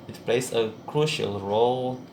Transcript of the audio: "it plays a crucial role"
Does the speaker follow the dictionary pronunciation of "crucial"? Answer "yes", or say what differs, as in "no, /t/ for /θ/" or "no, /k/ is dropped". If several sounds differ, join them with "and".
yes